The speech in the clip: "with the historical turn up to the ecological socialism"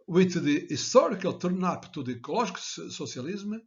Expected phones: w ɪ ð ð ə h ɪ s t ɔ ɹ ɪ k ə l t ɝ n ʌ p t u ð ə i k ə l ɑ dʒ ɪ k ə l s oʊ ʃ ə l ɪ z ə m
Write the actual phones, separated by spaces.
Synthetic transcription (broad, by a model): w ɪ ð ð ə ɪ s t ɔ ɹ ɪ k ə l t ɝ n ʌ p t u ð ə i k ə l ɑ ʒ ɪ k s s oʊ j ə l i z m